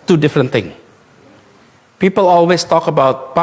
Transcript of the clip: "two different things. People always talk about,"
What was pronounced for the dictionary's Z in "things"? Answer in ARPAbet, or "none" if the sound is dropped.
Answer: none